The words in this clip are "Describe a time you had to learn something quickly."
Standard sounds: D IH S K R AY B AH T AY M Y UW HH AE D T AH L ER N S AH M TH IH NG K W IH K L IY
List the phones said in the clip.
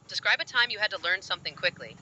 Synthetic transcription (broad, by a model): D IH S K R AY B AH T AY M Y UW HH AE D T AH L ER N S AH M TH IH NG K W IH K L IY